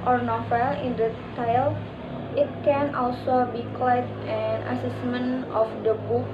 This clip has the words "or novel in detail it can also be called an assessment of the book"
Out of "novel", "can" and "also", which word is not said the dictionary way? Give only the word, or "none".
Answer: novel